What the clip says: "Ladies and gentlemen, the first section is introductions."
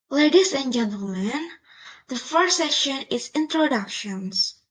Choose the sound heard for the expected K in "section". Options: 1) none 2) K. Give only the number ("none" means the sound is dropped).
1